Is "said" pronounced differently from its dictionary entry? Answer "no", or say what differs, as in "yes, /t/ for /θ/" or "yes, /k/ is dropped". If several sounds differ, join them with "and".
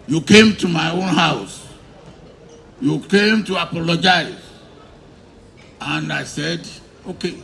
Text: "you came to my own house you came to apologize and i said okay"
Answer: no